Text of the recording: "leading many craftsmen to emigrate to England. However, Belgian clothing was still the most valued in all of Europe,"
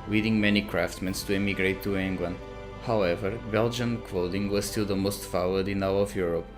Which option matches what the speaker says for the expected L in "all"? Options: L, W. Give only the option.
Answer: W